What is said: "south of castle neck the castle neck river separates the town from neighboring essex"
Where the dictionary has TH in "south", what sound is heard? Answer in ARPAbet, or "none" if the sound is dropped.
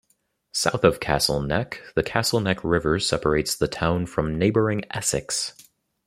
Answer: TH